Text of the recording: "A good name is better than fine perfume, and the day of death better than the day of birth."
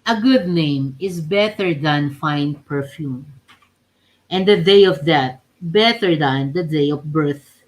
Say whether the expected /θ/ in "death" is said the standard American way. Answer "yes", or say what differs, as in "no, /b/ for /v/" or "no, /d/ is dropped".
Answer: no, /t/ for /θ/